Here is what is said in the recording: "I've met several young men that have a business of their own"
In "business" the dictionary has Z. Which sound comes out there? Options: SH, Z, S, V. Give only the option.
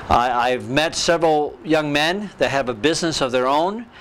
Z